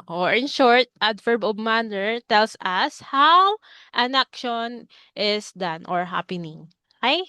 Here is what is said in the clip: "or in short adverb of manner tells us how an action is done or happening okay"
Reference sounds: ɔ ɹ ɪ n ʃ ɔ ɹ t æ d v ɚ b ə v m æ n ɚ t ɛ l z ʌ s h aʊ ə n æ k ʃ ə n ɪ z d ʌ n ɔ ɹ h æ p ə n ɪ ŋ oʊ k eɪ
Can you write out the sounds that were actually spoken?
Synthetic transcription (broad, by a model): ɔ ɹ ɪ n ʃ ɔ ɹ t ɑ d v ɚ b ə b m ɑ n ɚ t ɛ l s ʌ s h aʊ ə n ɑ k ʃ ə n ɪ s d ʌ n ɔ ɹ h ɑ p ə n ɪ ŋ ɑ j